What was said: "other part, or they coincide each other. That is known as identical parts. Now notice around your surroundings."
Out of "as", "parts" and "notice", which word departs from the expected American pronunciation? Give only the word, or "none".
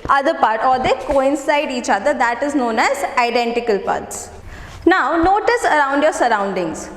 none